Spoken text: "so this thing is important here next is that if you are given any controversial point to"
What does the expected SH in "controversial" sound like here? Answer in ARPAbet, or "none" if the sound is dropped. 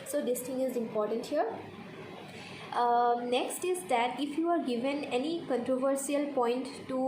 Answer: S